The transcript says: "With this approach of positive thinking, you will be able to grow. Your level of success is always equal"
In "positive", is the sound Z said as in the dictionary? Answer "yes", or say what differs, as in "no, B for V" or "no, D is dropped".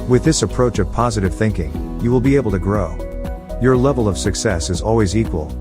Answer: yes